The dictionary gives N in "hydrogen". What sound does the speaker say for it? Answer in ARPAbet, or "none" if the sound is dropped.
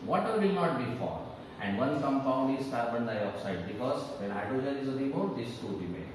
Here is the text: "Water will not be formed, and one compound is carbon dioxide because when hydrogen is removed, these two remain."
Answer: none